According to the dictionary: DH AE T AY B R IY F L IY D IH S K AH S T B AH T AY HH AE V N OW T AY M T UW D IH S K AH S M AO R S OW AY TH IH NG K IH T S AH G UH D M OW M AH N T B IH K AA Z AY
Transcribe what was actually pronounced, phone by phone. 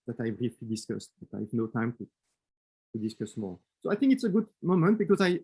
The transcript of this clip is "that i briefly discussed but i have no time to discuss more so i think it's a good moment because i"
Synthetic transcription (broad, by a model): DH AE T AY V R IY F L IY D IH S K AH S T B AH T AY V N OW T AY M T UW D IH S K AH S M AO R S OW AY TH IH NG K IH T S AH G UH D M OW M AH N T B IH K AA Z AY